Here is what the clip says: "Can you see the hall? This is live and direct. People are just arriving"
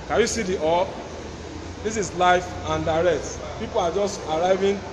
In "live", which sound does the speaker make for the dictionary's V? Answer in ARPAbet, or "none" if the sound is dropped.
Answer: F